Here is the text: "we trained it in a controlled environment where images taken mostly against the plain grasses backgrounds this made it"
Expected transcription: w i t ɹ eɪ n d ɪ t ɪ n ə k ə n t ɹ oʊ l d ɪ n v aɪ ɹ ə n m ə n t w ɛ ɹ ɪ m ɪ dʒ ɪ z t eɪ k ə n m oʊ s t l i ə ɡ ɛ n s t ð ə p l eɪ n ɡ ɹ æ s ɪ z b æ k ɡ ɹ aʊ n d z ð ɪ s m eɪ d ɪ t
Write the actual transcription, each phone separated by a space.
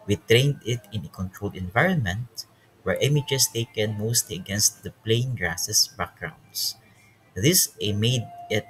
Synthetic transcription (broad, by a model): w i t ɹ eɪ n d ɪ t ɪ n ə k ə n t ɹ oʊ l d ɪ n v aɪ ɹ ə n m ə n t w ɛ ɹ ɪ m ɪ dʒ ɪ s t eɪ k ə n m oʊ s t l i ə ɡ ɛ n s t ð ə p l eɪ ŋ ɡ ɹ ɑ s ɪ s b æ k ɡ ɹ aʊ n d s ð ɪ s m eɪ d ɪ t